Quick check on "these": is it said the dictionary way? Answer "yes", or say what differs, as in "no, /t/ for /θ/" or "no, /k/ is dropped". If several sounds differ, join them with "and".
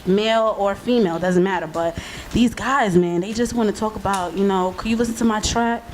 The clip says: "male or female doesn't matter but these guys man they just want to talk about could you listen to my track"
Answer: yes